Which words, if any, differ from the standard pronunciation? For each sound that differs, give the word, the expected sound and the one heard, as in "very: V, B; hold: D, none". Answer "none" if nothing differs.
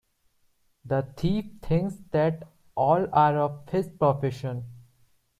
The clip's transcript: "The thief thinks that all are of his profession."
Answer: thief: TH, T; thinks: TH, T